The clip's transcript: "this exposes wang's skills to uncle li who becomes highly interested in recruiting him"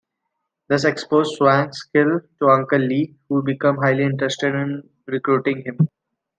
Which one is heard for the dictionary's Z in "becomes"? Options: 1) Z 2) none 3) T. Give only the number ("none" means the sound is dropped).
2